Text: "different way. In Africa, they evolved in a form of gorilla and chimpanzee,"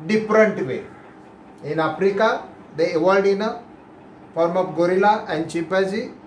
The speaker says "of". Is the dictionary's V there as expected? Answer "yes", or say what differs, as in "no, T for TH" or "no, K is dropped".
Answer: no, P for V